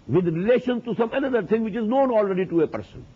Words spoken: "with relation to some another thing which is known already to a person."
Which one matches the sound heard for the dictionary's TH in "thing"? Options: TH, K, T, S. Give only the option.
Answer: T